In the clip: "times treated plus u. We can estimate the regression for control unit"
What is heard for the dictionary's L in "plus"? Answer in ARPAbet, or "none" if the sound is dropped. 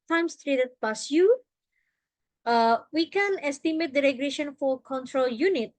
none